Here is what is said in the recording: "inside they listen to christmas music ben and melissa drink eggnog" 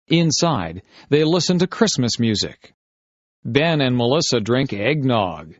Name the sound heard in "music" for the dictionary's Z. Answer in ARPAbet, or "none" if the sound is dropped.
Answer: Z